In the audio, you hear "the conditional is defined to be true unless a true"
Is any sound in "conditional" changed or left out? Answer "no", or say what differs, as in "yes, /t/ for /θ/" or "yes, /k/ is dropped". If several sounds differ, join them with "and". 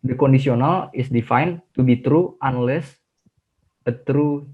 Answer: yes, /s/ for /ʃ/